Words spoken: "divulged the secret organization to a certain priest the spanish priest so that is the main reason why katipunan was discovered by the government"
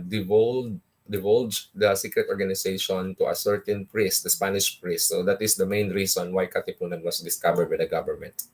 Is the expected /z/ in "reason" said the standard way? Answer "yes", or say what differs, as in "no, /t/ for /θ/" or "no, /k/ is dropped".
no, /s/ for /z/